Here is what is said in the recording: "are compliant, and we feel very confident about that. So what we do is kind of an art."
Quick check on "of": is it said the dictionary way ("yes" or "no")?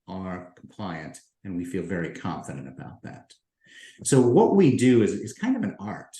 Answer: yes